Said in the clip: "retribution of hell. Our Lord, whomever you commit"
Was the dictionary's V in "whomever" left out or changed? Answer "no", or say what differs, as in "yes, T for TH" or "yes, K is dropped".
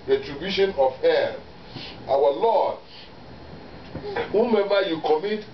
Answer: yes, B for V